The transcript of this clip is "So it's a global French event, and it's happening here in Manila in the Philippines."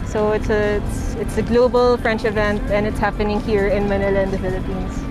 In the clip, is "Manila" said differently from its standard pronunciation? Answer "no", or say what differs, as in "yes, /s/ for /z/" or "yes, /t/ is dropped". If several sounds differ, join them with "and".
no